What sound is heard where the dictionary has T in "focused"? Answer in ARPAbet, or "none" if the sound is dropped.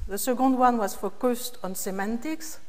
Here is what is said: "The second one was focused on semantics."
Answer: T